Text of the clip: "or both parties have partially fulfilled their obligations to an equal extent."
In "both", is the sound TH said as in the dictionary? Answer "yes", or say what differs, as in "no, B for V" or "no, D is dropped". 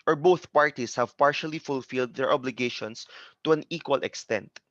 yes